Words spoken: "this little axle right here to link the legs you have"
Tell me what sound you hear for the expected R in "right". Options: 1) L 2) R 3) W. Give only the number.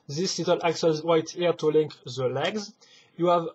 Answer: 3